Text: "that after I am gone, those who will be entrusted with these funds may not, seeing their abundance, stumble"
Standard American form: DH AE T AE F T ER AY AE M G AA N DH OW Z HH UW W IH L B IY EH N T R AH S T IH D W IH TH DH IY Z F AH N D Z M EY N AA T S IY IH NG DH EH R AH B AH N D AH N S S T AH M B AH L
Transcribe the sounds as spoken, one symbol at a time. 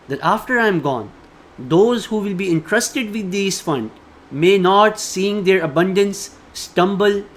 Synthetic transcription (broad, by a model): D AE T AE F T ER AY M G AA N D OW Z HH UW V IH L B IY EH N T R AH S T IH D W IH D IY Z F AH N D M EY N AA T S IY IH NG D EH R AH B AH N D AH N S S T AH M B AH L